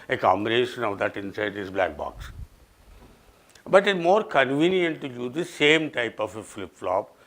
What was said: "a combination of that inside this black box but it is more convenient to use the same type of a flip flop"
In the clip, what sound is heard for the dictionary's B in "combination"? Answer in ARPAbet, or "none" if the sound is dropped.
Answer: none